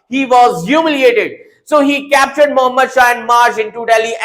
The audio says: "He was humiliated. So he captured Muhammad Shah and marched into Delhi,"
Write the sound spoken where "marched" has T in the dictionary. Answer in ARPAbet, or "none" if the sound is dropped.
none